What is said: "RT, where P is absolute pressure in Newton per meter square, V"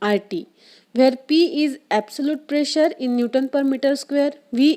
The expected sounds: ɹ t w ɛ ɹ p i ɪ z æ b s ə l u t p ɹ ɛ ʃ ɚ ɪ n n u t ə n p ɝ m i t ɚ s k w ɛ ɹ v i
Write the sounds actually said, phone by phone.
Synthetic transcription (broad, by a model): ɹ t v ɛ ɹ p i ɪ z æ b s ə l u t p ɹ ɛ ʃ ɚ ɪ n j u t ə n p ɝ m i t ɚ s k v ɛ ɹ v i